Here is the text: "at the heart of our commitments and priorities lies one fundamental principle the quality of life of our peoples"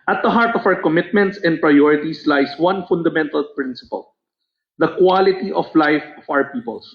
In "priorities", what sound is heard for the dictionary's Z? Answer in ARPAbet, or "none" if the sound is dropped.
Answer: S